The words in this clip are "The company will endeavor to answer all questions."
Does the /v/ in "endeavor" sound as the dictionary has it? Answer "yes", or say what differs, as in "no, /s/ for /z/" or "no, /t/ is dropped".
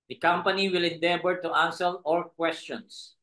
no, /b/ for /v/